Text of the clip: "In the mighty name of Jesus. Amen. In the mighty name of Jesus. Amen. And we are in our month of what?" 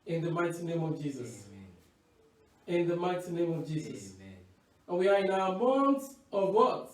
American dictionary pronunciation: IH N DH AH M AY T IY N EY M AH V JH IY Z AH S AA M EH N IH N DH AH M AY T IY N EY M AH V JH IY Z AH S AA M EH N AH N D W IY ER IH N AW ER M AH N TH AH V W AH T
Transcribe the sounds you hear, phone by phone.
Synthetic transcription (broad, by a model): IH N DH AH M AY T IY N EY M AH V JH IY Z AH S IH N DH AH M AY T IY N EY M AH V JH IY Z AH S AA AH N W IY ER IH N AW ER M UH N S AH V W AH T